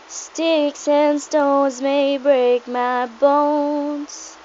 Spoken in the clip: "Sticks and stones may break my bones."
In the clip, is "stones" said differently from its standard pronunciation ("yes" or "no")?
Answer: no